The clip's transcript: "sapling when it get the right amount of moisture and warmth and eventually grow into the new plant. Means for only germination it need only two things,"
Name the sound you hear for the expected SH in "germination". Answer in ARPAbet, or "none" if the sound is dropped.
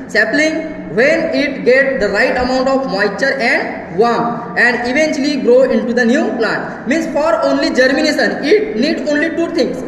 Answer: S